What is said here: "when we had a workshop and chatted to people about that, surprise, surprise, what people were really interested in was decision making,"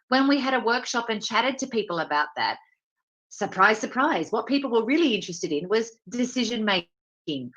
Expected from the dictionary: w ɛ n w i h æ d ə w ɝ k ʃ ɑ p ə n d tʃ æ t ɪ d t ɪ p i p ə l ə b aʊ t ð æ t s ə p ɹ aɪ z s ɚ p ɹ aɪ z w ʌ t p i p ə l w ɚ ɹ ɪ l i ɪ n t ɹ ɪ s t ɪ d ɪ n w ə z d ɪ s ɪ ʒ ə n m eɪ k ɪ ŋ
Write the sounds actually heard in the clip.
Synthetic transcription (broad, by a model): w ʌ n w i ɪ d ə w ɝ k ʃ ɑ p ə n tʃ æ t ɪ d t ɪ p i p l ə b aʊ t ð æ t s ə p ɹ aɪ z s ɚ p ɹ aɪ z w ʌ t p i p l w ɚ ɹ ɪ l i ɪ n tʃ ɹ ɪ s t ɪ d ɪ n w ə z d ɪ s ɪ ʒ ə n m eɪ k ɪ ŋ